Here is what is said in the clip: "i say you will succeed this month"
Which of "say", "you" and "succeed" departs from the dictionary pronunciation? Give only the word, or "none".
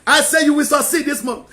succeed